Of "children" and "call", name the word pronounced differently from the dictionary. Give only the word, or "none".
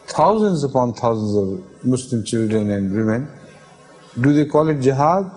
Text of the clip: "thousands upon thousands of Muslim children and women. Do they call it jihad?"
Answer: none